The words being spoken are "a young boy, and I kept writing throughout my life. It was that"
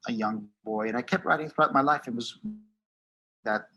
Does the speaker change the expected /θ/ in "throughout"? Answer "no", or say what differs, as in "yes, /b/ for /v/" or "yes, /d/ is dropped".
no